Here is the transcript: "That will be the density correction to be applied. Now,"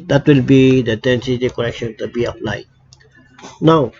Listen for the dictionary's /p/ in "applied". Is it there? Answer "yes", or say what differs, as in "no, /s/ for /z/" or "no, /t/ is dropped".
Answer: no, /f/ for /p/